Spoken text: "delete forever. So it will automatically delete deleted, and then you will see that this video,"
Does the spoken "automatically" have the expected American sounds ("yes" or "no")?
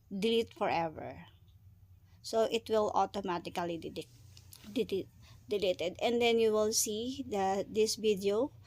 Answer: no